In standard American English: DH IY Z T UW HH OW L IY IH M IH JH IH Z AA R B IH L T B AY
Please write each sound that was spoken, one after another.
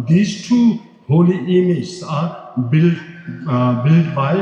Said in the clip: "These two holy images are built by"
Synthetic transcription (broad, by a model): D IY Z T UW HH OW L IY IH M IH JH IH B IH L B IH L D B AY